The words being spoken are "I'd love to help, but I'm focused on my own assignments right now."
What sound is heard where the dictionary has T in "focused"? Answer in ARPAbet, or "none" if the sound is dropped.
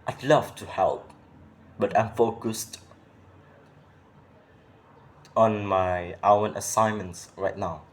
T